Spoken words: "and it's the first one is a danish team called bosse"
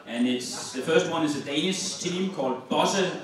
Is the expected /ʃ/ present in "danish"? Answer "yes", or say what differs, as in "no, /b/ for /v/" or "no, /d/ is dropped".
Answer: no, /s/ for /ʃ/